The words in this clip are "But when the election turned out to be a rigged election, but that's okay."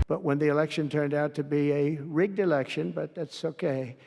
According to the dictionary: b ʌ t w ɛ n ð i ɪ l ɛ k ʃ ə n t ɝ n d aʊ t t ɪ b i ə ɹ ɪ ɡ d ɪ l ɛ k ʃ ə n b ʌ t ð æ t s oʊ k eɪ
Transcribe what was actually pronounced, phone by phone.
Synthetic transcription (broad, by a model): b ʌ t w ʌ n ð i ɪ l ɛ k ʃ ə n t ɝ n d aʊ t t ɪ b i ə ɹ ɪ ɡ d ɪ l ɛ k ʃ ə n b ʌ t ð æ t s oʊ k eɪ